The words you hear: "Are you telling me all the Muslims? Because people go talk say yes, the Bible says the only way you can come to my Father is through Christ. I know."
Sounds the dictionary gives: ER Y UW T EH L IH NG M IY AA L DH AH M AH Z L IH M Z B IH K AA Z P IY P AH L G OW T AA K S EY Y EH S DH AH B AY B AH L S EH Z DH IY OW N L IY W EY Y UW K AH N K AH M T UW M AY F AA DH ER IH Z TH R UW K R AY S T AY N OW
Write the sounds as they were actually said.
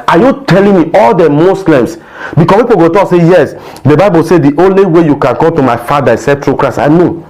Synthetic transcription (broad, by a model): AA Y UW T EH L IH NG M IY AA L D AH M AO S L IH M S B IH K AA P IY P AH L G OW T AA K S EY Y EH S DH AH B AY B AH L S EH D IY OW N L IY W EY Y UW K AH N K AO M T UW M AY F AA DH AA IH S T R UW K R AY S AY N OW